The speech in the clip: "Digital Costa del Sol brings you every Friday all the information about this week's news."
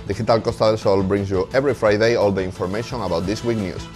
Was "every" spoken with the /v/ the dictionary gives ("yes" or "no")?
no